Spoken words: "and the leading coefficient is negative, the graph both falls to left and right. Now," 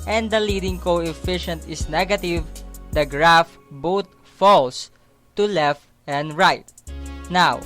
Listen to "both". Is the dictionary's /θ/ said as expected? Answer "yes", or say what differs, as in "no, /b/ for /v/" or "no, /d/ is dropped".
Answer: no, /t/ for /θ/